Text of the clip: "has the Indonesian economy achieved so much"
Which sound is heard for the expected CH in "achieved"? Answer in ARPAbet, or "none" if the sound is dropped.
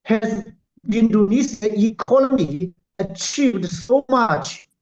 CH